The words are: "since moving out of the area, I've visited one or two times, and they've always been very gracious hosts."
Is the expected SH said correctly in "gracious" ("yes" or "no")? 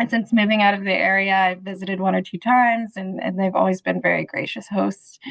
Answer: yes